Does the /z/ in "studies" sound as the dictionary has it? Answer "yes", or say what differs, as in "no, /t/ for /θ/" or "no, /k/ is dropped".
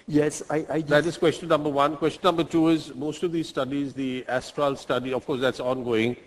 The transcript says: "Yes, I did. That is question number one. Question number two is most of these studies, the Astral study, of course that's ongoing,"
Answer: yes